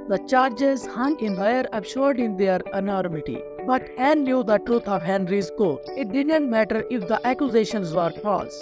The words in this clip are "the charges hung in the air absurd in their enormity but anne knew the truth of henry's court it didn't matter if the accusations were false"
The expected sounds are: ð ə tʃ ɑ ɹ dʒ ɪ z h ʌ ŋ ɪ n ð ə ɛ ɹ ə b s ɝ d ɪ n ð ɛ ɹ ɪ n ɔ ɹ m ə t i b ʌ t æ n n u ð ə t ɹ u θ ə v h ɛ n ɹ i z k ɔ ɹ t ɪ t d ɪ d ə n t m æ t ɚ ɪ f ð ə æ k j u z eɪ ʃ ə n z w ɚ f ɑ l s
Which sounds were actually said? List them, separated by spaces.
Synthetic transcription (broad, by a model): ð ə tʃ ɑ ɹ dʒ ɪ z h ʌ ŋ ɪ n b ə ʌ ɹ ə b ʃ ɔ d ɪ n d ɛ ɹ ɪ n ɔ ɹ m ə t i b ʌ t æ n l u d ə t ɹ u t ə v h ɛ n ɹ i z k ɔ ɪ t d ɪ d ə n t m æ t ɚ ɪ f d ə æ k j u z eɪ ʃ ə n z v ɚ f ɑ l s